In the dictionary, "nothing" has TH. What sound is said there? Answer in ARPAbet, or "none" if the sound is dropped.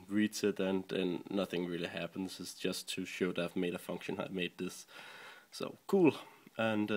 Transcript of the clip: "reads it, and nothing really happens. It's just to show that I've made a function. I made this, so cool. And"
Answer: TH